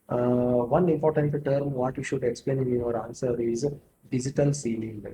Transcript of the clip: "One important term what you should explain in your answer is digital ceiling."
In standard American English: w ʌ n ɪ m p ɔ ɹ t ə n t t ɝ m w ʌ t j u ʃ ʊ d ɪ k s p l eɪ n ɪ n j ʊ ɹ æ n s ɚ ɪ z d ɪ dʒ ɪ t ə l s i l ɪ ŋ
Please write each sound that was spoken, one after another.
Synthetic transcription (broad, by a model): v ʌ n ɪ m p ɔ ɹ t ə n t t ɝ m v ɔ t j u ʃ ʊ d ɪ k s p l eɪ n ɪ n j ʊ ɹ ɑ n s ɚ ɪ z d ɪ dʒ ɪ t ə l s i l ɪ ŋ